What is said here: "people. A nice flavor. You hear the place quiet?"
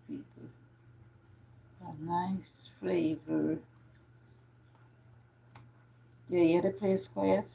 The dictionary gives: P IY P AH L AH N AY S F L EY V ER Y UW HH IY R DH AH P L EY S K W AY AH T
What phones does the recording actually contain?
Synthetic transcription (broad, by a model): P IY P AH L AH N AY S F L EY V ER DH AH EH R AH P L EY S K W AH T